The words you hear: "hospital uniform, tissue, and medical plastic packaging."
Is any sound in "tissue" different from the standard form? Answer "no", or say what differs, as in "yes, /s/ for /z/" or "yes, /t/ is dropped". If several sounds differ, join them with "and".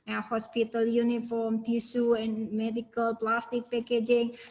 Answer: yes, /s/ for /ʃ/